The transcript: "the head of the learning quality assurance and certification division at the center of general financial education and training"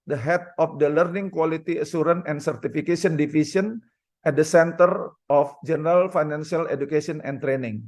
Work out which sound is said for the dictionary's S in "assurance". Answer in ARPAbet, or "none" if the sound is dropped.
none